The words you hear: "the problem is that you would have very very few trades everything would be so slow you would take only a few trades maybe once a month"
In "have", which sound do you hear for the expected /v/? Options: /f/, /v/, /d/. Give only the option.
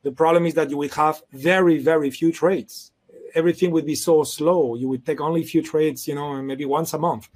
/v/